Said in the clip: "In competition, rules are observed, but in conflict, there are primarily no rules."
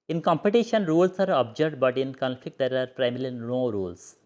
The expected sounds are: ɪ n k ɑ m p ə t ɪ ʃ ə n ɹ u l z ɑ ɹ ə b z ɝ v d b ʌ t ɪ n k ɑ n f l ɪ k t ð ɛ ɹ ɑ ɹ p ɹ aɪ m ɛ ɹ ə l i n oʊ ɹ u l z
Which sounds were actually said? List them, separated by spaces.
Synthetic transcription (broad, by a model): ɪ n k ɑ m p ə t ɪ ʃ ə n ɹ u l s ɑ ɹ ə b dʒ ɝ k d b ʌ t ɪ n k ɑ n f l ɪ k t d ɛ ɹ ɑ ɹ p ɹ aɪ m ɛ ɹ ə l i n oʊ ɹ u l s